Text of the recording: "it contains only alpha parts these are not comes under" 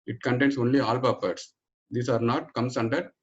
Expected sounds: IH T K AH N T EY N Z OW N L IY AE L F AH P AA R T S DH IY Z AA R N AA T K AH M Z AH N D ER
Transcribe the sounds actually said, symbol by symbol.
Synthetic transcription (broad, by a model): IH T K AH N T EY N S OW N L IY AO L P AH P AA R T S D IY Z AA R N AA T K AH M S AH N D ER